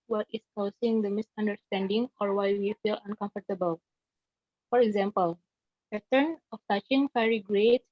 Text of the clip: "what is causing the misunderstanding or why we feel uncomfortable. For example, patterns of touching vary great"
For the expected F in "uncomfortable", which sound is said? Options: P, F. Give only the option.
F